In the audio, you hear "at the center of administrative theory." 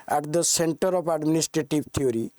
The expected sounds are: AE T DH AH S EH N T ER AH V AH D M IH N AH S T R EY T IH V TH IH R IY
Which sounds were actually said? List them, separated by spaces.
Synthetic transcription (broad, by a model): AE T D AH S EH N T ER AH P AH D M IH N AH S T R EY T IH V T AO R IY